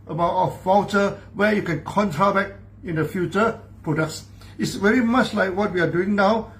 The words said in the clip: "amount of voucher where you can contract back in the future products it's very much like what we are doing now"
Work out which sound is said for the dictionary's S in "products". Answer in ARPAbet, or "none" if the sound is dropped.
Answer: S